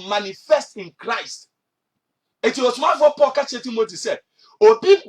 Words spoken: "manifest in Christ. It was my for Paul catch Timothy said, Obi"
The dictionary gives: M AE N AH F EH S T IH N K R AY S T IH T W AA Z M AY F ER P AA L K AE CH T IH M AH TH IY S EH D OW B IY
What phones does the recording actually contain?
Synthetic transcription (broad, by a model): M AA N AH F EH S T IH N K R AY S T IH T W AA S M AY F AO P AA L K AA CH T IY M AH T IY S EH D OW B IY